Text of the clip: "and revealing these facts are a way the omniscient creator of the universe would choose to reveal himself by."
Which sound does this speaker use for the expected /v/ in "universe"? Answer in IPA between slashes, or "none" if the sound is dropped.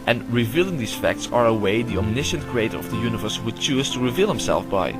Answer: /v/